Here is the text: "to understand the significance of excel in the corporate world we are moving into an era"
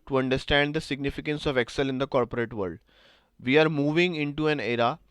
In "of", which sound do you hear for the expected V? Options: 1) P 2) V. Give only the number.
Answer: 2